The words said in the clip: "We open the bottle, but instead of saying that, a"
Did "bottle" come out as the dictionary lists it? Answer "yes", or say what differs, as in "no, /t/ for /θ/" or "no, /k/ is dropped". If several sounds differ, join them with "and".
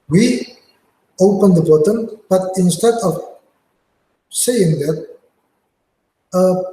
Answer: no, /n/ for /l/